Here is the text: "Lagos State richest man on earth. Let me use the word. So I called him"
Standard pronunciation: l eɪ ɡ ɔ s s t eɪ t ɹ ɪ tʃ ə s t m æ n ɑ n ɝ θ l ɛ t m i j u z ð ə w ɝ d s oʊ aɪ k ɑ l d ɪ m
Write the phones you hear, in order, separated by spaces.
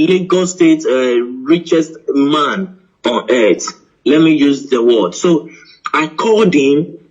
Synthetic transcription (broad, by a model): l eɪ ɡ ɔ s s t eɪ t ɹ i tʃ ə s t m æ n ɑ n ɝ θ l ɛ t m i j u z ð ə w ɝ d s oʊ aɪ k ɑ d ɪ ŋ